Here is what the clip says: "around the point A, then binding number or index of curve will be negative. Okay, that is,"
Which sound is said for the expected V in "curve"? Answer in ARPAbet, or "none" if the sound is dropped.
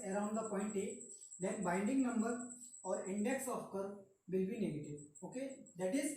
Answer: V